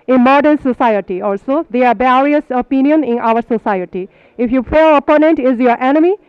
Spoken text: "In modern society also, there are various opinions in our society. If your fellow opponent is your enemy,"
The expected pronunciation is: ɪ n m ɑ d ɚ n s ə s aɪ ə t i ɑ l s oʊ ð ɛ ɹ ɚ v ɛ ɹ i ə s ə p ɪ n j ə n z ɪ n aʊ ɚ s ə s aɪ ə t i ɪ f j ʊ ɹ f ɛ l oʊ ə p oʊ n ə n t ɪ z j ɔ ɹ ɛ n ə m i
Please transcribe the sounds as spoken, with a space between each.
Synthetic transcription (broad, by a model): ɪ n m ɑ d ɚ n s ə s aɪ ə t i ɑ l s oʊ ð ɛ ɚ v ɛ ɹ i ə s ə p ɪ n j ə n ɪ n aʊ ɚ s ə s aɪ ə t i ɪ f j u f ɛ oʊ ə p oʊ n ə n t ɪ z j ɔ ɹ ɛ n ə m i